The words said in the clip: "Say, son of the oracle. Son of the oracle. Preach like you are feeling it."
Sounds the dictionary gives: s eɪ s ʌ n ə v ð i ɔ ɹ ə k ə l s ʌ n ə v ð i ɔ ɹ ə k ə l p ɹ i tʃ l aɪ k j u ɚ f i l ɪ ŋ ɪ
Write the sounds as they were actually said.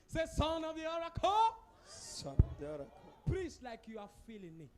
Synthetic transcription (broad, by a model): s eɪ s ʌ n ə v ð i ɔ ɹ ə k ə s ʌ n ə v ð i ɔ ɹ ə k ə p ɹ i s l aɪ k j u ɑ f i l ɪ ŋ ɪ